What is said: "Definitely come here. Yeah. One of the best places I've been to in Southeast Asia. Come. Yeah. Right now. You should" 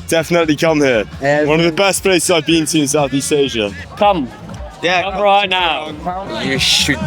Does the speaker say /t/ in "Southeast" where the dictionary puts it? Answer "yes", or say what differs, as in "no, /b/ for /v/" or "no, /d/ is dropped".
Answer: no, /t/ is dropped